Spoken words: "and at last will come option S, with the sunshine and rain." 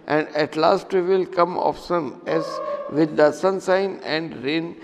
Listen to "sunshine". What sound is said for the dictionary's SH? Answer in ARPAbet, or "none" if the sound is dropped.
S